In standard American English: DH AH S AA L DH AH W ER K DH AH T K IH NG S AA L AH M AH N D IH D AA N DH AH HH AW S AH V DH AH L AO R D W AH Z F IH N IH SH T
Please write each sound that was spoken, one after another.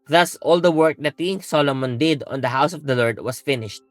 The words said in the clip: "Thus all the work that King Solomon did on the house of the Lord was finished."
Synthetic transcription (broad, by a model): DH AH S AA L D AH W ER K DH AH T K IH NG S AA L AH M AH N D IH D AA N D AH HH AW S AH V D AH L AO R D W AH S F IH N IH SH T